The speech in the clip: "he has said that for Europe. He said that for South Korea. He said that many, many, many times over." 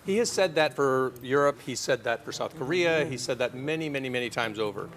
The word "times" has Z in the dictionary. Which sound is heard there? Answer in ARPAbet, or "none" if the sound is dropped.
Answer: Z